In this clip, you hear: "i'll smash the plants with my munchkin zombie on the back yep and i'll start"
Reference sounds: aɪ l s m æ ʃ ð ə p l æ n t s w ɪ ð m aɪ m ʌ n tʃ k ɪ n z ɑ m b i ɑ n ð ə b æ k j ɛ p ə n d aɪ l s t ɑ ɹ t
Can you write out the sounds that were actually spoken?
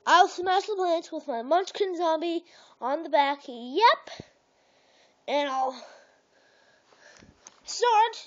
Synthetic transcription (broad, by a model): aɪ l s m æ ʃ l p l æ n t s w ɪ ð m aɪ m ʌ n tʃ k ɪ n z ɑ m b i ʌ n ð ə b æ k j ɛ p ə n aɪ l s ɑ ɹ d